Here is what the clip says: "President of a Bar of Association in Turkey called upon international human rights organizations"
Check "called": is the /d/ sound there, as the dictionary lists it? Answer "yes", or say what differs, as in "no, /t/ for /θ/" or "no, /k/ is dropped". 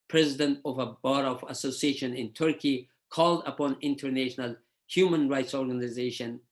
yes